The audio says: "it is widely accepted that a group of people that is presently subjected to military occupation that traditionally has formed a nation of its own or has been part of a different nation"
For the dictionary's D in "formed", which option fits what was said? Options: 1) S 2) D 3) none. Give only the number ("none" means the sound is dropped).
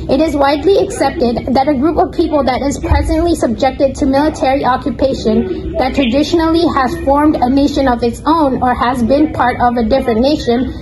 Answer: 2